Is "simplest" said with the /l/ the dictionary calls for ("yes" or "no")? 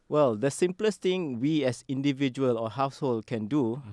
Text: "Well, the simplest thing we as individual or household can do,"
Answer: yes